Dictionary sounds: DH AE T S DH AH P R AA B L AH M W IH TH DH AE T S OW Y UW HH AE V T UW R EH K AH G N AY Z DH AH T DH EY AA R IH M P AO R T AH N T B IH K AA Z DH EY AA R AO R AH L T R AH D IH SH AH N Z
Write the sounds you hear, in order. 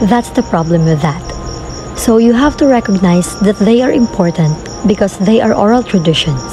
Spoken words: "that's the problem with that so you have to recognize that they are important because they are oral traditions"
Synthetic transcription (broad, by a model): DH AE T S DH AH P R AA B L AH M W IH DH AE T S OW Y UW HH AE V T UW R EH K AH G N AY S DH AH T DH EY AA R IH M P AO R T AH N T B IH K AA S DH EY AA R AO R AH L T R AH D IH SH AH N